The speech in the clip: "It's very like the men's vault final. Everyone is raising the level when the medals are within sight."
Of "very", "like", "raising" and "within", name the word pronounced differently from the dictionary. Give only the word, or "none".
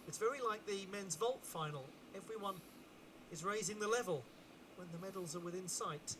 none